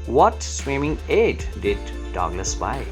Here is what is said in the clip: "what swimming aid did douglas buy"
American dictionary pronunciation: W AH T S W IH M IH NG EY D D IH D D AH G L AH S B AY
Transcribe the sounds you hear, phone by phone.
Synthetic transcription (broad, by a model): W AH T S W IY M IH NG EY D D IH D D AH G N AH S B AY